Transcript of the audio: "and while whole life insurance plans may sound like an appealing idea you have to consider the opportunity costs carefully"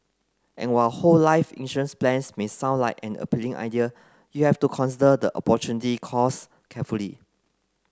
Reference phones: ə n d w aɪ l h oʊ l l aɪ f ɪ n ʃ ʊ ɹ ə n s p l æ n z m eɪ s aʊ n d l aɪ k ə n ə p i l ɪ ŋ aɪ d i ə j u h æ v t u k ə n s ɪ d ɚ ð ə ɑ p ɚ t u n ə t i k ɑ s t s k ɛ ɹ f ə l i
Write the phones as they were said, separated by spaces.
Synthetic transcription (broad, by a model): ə n w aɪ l h oʊ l l aɪ f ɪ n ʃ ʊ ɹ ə n s p l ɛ n s m eɪ s aʊ n d l aɪ k ə n ə p i l ɪ ŋ aɪ d i ə j u h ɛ f t u k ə n s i d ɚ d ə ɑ p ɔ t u n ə t i k ɑ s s k ɛ f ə l i